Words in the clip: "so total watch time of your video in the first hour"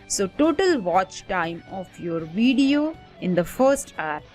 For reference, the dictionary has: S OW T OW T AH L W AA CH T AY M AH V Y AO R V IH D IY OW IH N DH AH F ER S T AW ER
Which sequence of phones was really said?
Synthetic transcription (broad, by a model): S OW T OW T AH L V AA CH T AY M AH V Y AO R V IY D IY OW IH N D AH F ER S T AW